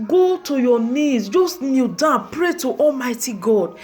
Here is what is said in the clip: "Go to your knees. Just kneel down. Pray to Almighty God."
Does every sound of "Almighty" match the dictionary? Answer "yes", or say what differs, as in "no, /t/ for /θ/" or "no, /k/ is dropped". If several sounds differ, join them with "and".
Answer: yes